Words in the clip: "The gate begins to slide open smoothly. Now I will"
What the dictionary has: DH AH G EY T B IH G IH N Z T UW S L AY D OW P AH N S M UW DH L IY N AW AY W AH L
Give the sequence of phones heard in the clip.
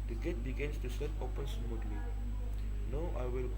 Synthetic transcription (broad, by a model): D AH G EY T B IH G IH N S T UW S AY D OW P AH N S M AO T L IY N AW AY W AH L